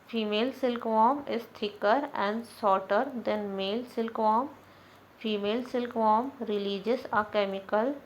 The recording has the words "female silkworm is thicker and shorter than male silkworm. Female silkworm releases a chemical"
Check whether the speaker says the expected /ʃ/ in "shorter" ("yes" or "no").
no